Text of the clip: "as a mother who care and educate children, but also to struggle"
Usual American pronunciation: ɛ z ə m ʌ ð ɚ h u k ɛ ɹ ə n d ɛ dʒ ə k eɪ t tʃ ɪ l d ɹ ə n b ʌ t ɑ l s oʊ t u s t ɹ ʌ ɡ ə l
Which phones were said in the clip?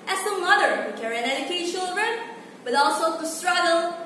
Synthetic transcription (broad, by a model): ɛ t ə m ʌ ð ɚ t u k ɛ ɹ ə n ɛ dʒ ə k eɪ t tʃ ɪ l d ɹ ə n b ʌ t ɑ l s oʊ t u s t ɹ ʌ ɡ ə l